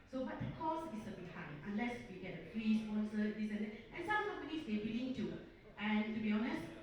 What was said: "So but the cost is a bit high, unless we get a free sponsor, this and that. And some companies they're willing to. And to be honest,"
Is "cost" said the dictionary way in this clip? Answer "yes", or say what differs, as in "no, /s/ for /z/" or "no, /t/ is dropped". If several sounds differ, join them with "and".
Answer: no, /t/ is dropped